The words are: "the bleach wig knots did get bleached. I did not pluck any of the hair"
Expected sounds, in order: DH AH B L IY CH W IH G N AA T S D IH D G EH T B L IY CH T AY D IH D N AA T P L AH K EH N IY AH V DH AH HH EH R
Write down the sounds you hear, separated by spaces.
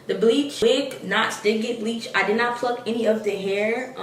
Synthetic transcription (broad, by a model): DH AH B L IY CH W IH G N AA T S D IH D G EH T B L IY CH AY D IH D N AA T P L AH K EH N IY AH V DH AH HH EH R